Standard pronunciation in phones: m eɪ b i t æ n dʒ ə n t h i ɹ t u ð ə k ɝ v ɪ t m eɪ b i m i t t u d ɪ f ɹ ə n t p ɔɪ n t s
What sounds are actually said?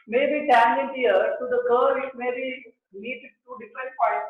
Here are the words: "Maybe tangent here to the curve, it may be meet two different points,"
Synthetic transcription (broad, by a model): m eɪ b i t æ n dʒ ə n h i ɹ t u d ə k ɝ ɪ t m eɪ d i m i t t u d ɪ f ɹ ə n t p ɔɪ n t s